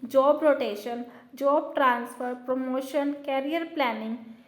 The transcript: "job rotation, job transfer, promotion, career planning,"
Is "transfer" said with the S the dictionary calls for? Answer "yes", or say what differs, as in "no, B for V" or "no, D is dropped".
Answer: yes